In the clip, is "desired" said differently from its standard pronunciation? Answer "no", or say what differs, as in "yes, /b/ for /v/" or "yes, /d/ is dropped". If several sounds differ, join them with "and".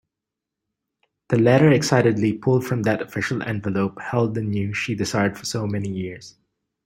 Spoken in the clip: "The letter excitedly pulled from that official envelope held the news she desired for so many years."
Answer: yes, /s/ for /z/